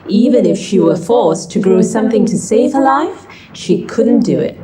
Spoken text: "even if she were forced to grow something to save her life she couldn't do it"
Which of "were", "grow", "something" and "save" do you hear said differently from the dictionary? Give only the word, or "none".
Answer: none